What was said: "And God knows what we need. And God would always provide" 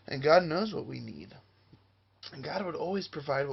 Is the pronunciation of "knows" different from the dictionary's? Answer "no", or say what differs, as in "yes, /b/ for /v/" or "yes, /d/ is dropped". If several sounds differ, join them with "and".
no